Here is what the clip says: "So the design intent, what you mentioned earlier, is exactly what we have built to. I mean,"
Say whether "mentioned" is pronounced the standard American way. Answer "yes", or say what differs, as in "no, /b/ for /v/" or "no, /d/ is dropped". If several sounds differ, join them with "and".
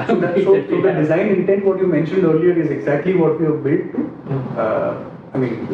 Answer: yes